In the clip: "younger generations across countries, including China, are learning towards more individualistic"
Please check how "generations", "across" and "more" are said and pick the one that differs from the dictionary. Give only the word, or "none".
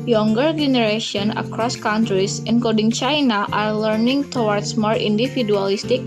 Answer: generations